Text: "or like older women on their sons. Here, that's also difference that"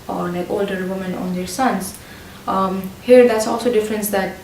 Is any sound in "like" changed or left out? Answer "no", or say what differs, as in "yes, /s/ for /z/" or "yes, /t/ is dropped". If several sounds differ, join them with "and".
yes, /n/ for /l/